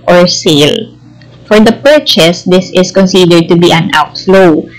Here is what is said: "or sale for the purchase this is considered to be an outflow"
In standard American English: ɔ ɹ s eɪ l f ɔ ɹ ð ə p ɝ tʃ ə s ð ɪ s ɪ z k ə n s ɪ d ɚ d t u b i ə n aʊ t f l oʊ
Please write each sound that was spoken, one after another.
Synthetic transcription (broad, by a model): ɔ ɹ s eɪ l f ɔ ɹ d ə p ɝ tʃ ə s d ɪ s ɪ s k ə n s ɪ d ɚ d t u b i ə n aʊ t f l oʊ